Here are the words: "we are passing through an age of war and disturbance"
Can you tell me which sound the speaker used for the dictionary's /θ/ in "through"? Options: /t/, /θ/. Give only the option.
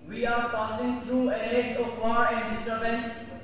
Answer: /t/